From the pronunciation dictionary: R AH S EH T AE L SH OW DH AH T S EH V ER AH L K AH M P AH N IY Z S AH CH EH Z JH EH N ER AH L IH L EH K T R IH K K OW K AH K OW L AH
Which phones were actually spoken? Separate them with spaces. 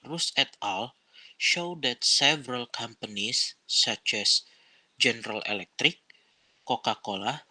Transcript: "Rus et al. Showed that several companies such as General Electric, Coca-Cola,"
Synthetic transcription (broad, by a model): R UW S EH T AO L SH OW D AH T S EH V ER AH L K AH M P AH N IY S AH CH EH S JH EH N ER AH L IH L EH K T R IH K K OW K AH K OW L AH